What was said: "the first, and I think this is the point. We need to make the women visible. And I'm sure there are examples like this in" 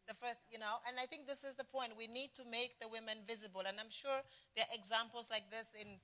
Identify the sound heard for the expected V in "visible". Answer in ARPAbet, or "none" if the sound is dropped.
V